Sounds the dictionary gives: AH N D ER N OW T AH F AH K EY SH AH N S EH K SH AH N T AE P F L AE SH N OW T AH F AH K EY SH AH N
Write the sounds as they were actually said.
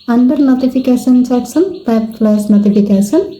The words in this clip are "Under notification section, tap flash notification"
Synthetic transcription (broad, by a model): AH N D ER N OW T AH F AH K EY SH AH N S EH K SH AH N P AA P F L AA S N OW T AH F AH K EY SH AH N